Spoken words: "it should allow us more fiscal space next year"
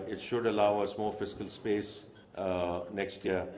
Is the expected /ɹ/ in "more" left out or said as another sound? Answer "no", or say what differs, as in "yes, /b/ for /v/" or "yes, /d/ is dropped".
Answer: yes, /l/ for /ɹ/